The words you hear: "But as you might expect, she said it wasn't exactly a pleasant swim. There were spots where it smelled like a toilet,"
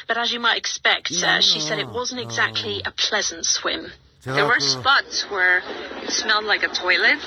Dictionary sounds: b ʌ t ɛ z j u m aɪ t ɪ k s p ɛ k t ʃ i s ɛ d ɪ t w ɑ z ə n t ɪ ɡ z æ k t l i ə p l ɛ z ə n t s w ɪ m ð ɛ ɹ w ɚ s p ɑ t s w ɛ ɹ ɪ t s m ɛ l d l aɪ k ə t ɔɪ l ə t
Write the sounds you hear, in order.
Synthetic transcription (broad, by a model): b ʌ t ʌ z j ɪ m aɪ t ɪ k s p ɛ k t ʃ i s ɛ d ɪ t w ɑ z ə n t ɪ ɡ z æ k t l i ə p l ɛ z ə n t s w ɪ m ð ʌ ɹ w ɚ s p ɑ t s w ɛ ɹ ɪ t s m ɛ l d l aɪ k ə t ɔɪ l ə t